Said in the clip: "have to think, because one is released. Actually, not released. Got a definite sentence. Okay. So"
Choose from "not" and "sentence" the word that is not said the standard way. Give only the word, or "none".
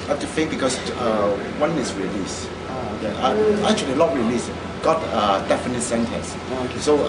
not